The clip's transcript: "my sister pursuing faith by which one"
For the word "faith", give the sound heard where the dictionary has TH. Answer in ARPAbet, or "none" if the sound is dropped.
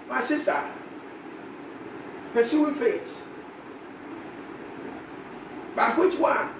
S